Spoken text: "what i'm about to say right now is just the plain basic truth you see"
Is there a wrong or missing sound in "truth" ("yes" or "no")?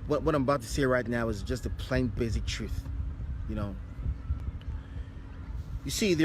no